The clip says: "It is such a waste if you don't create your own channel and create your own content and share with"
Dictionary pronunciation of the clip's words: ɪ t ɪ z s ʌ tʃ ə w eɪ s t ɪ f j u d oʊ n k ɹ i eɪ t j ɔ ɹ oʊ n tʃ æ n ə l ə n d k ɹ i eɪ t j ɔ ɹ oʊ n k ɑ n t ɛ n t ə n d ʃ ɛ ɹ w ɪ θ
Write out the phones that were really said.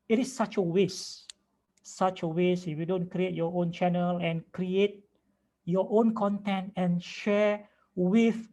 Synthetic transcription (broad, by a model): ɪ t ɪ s s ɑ tʃ ə w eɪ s ɪ f j u d oʊ n k ɹ i eɪ t j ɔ oʊ n tʃ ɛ n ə l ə n k ɹ i eɪ t j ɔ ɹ oʊ n k ɑ n t ɛ n t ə n ʃ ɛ w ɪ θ